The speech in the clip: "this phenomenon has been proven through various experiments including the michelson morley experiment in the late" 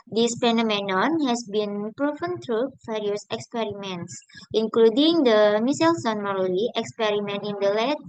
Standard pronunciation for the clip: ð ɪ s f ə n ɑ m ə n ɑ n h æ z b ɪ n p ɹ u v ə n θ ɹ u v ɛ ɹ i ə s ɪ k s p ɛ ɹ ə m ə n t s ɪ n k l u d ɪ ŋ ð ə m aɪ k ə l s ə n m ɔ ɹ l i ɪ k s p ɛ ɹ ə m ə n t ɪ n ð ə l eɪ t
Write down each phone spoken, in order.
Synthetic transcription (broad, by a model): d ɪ s p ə n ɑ m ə n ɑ n h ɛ s b ɪ n p ɹ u f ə n t ɹ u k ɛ ɹ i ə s ɪ k s p ɛ ɹ ə m ə n t s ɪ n k l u d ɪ ŋ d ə m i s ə l s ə n m ɔ ɹ l i ɪ k s p ɛ ɹ ə m ə n t ɪ n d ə l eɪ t